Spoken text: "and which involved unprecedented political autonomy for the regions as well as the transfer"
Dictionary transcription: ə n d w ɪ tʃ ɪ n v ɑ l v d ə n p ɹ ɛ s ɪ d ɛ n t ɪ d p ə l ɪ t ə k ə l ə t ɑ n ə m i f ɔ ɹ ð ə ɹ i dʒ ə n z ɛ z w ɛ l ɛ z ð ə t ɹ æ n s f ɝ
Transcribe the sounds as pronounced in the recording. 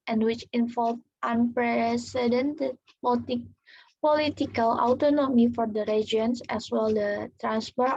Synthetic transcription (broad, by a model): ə n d w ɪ tʃ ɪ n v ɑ l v ə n p ɹ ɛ s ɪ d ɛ n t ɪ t p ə l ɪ t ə k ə l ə t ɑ n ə m i f ɔ ɹ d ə ɹ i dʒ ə n s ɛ s w ɛ l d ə t ɹ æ n s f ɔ